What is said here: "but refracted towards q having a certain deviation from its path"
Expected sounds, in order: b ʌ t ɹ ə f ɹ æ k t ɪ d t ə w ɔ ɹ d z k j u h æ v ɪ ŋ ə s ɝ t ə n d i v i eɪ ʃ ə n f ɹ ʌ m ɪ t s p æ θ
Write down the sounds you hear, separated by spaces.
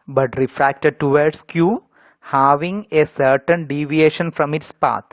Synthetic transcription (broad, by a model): b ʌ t ɹ ə f ɹ æ k t ɪ d t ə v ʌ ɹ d s k j u h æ v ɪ ŋ ə s ɝ t ə n d i v i eɪ ʃ ə n f ɹ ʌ m ɪ t s p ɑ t